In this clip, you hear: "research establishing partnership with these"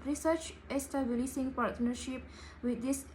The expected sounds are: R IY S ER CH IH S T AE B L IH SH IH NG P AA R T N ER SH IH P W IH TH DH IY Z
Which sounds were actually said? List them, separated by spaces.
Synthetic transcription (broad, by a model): R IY S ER CH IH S T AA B L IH S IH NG P AA R T N ER SH IH P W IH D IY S